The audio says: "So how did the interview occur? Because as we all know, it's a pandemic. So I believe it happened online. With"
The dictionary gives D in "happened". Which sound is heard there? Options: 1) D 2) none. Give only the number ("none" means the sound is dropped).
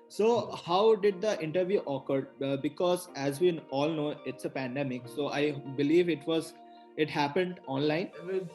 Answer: 1